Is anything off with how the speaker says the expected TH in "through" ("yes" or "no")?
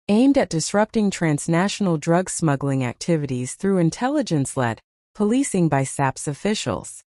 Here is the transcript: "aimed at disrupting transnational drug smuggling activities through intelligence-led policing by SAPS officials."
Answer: no